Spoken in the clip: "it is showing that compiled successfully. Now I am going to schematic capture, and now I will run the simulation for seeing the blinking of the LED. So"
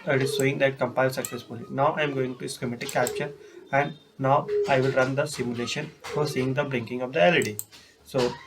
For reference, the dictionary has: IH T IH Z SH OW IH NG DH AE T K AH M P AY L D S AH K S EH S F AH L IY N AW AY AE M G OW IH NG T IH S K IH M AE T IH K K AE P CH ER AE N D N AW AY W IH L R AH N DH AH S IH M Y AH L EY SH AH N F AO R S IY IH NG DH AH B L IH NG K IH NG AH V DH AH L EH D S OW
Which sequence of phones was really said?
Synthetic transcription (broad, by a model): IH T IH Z S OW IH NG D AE T K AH M P AY L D S AH K S EH S F AH L IY N AW AY M G OW IH NG T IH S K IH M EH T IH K K AE P CH ER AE N D N AW AY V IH L R AH N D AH S IH M Y AH L EY SH AH N F AO R S IY IH NG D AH B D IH NG K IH NG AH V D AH L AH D S OW